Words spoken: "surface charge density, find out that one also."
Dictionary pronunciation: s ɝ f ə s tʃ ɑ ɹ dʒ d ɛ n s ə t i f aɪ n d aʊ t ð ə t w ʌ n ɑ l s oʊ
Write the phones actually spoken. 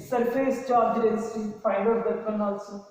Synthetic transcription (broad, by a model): s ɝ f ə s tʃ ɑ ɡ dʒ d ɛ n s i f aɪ d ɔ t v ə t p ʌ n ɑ l s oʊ